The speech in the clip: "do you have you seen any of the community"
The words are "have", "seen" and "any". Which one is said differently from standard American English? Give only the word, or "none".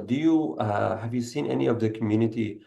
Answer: none